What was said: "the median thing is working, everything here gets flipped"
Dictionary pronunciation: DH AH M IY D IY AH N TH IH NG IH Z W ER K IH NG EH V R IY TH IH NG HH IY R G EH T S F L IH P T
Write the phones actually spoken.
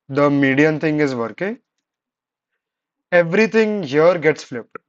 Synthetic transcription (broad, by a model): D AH M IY D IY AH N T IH NG IH Z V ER K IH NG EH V R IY T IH NG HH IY R G EH T S F L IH P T